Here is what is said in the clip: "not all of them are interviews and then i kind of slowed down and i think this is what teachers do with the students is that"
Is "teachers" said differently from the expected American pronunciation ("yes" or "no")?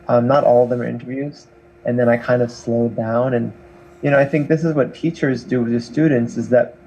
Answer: no